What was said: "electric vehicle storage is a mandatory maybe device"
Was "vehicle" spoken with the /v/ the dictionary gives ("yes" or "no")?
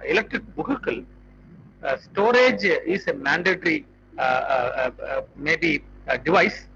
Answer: no